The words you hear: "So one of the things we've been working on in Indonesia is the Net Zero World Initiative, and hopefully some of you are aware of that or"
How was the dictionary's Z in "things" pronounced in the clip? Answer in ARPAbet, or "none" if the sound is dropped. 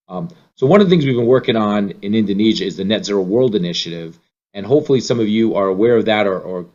Z